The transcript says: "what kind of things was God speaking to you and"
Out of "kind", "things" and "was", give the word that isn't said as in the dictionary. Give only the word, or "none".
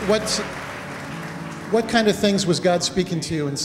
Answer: none